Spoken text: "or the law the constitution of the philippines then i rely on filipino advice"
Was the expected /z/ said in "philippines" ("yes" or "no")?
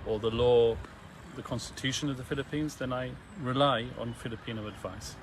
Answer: yes